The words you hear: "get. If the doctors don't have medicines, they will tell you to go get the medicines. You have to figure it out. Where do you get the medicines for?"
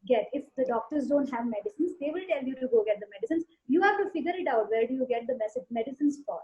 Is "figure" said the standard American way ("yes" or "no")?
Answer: yes